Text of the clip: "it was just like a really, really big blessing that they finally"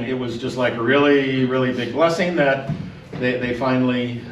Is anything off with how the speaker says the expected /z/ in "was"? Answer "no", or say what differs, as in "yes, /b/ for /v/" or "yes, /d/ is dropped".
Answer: no